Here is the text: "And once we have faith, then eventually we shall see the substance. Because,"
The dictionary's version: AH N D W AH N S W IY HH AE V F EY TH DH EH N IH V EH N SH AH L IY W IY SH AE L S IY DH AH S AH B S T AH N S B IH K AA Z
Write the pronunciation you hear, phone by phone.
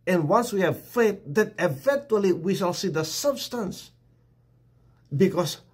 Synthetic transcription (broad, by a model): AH N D W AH N S W IY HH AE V F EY T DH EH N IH V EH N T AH L IY W IY SH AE L S IY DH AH S AH B S T AH N S B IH K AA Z